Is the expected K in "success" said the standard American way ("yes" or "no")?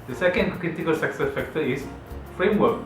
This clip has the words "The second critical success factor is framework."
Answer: yes